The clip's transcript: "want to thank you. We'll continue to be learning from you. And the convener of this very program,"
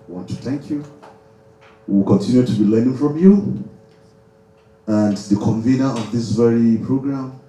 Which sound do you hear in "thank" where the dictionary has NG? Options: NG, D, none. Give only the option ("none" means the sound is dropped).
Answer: NG